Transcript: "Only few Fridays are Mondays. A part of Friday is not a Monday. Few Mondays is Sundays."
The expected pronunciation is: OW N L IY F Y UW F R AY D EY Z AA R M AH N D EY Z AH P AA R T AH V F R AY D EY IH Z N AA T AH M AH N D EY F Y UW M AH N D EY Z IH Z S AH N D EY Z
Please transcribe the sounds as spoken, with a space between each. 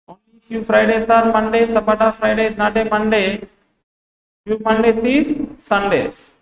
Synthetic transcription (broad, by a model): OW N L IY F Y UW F R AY D EY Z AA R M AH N D EY S AH B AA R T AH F R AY D EY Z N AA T AH M AH N D EY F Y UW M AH N D EY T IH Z S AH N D EY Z